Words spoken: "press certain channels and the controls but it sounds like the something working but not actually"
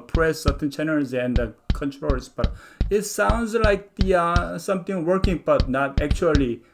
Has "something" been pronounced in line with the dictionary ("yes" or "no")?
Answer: no